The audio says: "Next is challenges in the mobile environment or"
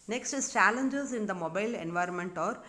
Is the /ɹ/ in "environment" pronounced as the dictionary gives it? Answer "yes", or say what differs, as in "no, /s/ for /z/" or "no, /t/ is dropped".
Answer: yes